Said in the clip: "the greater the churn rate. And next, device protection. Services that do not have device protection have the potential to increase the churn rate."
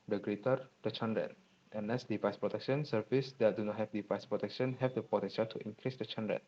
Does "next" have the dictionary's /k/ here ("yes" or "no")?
no